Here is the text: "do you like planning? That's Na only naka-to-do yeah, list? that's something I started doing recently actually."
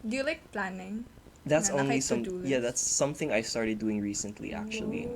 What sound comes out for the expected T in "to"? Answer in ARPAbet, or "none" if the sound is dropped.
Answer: S